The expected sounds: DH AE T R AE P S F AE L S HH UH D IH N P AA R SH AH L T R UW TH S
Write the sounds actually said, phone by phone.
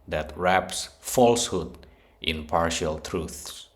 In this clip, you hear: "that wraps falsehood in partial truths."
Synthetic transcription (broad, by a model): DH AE T R AE P S F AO L S HH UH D IH N P AA R SH AH L T R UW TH S